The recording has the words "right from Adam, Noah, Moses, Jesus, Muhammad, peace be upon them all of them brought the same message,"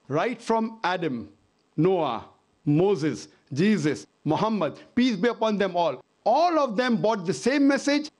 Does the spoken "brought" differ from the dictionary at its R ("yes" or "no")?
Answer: yes